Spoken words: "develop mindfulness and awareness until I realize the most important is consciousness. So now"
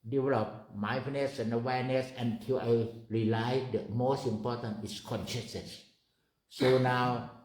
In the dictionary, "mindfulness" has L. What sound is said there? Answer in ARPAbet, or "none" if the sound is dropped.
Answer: none